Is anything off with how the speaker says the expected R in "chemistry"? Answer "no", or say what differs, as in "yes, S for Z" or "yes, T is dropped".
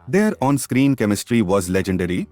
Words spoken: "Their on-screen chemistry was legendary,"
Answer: no